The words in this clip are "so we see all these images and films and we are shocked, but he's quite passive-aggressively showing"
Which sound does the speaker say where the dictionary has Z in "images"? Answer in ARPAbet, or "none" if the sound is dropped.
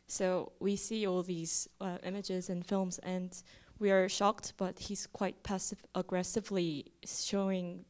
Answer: Z